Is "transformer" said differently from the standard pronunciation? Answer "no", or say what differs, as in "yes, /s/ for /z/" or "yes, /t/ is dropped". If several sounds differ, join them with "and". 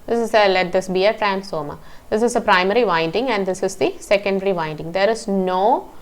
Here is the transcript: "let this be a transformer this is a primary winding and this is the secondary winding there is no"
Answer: yes, /f/ is dropped